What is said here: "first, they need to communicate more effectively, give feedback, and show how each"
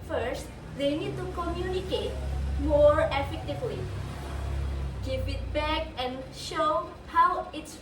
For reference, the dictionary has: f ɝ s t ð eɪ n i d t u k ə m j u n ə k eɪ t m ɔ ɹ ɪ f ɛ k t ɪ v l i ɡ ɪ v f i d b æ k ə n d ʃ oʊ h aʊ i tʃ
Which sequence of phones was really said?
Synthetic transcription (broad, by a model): f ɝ s t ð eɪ n i d t u k ə m j u n ə k eɪ t m ɔ ɹ ɪ f ɛ k t ɪ v l i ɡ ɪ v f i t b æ k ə n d ʃ oʊ h aʊ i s